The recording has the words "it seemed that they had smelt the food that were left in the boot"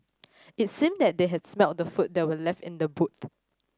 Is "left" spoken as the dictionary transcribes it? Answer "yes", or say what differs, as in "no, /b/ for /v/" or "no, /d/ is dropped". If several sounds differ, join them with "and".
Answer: yes